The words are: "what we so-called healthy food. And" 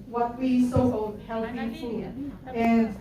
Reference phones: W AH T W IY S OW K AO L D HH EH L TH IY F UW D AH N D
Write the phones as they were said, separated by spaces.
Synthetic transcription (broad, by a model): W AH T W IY S OW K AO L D HH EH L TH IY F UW AH N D